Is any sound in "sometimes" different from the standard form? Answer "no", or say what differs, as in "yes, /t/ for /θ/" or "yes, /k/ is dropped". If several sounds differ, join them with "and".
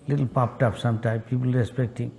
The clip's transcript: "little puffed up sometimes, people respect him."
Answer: yes, /z/ is dropped